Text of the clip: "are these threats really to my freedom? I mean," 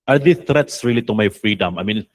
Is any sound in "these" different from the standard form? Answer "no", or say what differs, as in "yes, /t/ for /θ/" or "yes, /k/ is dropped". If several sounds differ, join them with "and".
yes, /z/ is dropped